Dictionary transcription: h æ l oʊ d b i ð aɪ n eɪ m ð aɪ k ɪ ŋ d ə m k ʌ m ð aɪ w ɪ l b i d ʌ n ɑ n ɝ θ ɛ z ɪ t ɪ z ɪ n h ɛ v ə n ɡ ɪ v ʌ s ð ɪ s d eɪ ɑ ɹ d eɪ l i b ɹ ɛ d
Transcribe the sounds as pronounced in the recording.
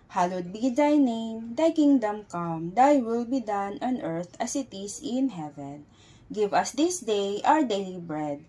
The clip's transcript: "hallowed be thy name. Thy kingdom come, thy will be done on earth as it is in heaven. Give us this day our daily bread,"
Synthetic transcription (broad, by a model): h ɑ l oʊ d b i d aɪ n eɪ m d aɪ k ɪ ŋ d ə m k ʌ m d aɪ w ɪ l b i d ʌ n ɑ n ɝ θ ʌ s ɪ t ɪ s ɪ n h ɛ v ə n ɡ ɪ v ʌ s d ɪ s d eɪ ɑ w d eɪ l i b ɹ ɛ d